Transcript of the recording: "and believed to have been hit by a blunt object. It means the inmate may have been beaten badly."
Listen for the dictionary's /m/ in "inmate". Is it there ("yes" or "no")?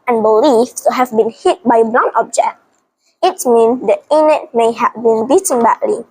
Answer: no